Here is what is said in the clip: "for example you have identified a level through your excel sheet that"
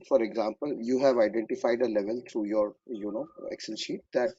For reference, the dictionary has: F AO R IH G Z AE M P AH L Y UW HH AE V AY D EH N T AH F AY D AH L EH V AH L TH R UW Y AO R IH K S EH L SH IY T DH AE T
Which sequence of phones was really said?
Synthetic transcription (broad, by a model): F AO R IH G Z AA M P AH L Y UW HH AE V AY D EH N T AH F AY D AH L EH V AH L T R UW Y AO R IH K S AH N SH IY T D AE T